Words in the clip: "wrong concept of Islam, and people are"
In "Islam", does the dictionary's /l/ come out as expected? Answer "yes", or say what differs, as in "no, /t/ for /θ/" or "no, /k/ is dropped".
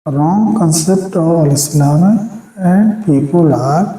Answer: no, /n/ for /l/